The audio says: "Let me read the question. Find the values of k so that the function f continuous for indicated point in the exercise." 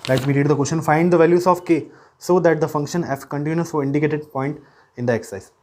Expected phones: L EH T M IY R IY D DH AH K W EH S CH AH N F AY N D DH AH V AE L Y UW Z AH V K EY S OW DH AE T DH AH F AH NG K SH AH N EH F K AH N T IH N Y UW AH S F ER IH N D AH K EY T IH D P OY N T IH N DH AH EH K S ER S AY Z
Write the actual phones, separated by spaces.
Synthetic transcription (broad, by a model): L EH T M IY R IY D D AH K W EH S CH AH N F AY N D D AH V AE L Y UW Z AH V K EY S OW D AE T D AH F AH NG K SH AH N EH F K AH N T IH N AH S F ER IH N D AH K EY T IH D P OY N T IH N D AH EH K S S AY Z